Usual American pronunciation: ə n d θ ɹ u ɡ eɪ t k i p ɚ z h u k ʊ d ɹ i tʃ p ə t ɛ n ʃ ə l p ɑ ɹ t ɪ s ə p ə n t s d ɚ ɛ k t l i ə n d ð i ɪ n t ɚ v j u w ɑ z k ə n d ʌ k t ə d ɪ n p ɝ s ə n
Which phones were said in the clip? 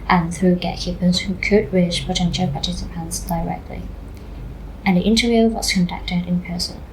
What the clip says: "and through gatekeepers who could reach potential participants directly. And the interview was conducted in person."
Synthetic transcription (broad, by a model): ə n θ ɹ u ɡ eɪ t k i p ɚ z h u k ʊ d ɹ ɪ ʃ p ə t ɛ n ʃ ə l p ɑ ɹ t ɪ s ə p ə n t s d ɚ ɛ k t l i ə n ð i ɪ n t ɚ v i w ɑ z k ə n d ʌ k t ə d ɪ n p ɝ s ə n